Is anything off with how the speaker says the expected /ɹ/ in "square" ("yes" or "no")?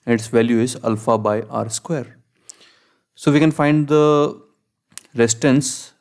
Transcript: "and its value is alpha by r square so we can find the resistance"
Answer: no